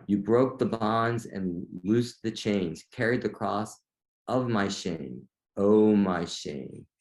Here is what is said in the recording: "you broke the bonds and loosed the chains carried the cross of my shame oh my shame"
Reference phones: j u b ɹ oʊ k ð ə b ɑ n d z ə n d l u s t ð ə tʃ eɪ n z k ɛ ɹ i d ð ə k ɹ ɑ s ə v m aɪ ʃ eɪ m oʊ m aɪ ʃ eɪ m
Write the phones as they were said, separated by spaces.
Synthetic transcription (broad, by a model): j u b ɹ oʊ k ð ə b ɑ n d z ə n l u s ð ə tʃ eɪ n z k ɛ ɹ i d ð ə k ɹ ɑ s ə v m aɪ ʃ eɪ m oʊ m aɪ ʃ eɪ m